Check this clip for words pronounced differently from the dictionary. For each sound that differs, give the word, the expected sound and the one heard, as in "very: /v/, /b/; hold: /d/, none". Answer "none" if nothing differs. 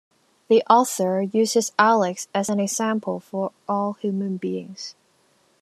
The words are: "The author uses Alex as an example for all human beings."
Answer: none